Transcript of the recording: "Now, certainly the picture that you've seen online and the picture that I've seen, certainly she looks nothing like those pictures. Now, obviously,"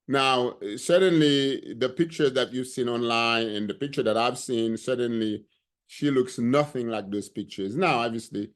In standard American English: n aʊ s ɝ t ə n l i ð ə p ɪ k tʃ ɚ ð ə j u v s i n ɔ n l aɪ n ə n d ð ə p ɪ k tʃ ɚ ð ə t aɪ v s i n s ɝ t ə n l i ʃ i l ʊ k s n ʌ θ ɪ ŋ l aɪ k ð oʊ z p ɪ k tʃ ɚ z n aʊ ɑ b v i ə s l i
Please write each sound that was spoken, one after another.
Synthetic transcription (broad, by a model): n aʊ s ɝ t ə n l i ð ə p ɪ k tʃ ɚ ð ə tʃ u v s i n ɔ n l aɪ n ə n ð ə p ɪ k tʃ ɚ ð ə t aɪ v s i n s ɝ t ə n l i ʃ i l ʊ k s n ʌ θ ɪ ŋ l aɪ k ð oʊ z p ɪ k tʃ ɚ z n aʊ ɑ b v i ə s l i